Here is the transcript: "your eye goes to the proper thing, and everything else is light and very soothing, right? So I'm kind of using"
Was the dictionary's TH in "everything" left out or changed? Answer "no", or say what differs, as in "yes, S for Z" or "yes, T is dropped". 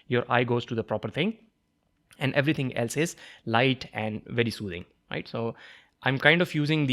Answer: yes, T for TH